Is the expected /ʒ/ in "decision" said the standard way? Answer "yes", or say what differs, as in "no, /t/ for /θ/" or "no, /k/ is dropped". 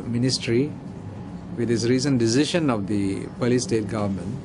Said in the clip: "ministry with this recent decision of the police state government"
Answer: no, /ʃ/ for /ʒ/